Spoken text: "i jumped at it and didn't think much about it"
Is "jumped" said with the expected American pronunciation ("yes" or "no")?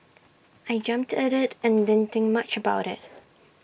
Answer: yes